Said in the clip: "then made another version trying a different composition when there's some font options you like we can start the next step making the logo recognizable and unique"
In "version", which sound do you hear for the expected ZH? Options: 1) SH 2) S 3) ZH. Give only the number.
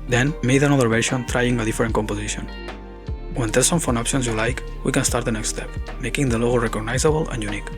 1